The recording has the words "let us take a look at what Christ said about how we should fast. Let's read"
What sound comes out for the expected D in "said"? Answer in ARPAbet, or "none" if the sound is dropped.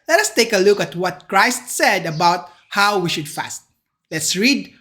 D